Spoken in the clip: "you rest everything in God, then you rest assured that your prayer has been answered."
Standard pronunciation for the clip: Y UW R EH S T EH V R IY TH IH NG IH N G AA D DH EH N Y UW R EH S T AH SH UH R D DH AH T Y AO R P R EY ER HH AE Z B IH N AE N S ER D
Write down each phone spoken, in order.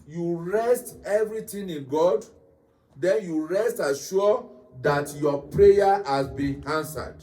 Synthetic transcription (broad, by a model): Y UW R EH S T EH V R IY T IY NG IH N G AA D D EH N Y UW R EH S T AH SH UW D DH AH T Y AO P R EY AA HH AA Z B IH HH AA N S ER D